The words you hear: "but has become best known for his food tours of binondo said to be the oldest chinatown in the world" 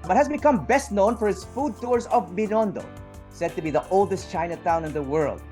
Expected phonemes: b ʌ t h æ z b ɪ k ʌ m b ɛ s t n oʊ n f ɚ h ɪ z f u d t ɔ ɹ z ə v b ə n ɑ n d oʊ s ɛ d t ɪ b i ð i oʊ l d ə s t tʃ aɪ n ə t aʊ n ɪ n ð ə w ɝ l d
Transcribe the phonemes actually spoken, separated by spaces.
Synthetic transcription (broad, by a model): b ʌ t h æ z b ɪ k ʌ m b ɛ s t n oʊ n f ɚ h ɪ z f u d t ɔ ɹ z ə v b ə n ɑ n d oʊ s ɛ d t ɪ b i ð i oʊ l d ə s t tʃ aɪ n ə t aʊ n ɪ n ð ə w ɝ l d